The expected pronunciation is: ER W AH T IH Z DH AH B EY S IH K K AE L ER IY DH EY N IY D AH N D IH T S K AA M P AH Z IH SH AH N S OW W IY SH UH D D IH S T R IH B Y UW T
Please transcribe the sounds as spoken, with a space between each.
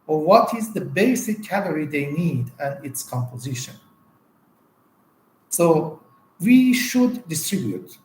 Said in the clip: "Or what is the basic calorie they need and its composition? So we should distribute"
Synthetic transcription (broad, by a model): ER W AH T IH Z DH AH B EY S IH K K AE L ER IY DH EY N IY D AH N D IH T S K AA M P AH Z IH SH AH N S OW W IY SH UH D D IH S T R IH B Y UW T